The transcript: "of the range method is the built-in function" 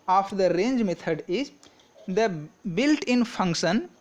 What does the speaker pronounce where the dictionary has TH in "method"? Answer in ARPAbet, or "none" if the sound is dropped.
T